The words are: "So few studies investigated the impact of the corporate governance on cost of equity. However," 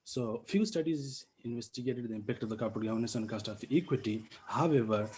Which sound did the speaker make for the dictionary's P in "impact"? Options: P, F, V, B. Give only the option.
P